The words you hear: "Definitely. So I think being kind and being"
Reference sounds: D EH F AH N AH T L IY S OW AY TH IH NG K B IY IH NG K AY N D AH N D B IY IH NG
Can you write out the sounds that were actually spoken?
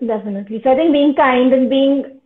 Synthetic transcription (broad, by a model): D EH F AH N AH T L IY S OW AY T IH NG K B IY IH NG K AY N D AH N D B IY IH NG